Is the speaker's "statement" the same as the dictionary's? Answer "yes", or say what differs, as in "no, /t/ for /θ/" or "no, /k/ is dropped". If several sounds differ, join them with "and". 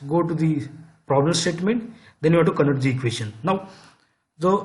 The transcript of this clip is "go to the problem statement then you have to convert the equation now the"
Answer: yes